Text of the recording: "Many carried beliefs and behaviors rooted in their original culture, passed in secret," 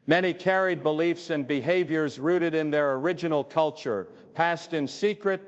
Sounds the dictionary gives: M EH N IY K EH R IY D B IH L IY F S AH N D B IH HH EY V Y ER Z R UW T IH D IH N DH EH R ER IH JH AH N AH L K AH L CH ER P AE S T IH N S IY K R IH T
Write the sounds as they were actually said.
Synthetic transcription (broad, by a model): M EH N IY K EH R IY D B IH L IY F S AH N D B IH HH EY V Y ER Z R UW T IH D IH N DH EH R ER IH JH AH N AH L K AH L CH ER P AE S T IH N S IY K R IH T